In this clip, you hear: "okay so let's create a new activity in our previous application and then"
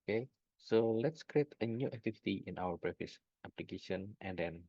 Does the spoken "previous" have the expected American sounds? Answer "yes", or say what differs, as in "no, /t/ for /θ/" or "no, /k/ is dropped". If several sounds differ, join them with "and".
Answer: no, /b/ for /p/ and /f/ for /v/